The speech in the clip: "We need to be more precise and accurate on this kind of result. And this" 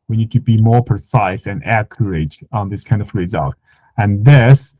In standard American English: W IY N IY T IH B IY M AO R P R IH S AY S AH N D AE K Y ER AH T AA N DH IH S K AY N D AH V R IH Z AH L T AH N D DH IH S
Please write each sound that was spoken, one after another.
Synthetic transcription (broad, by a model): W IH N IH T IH B IY M AO R P R IH S AY S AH N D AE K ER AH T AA N DH IH S K AY N D AH V R IH Z AH L T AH N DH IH S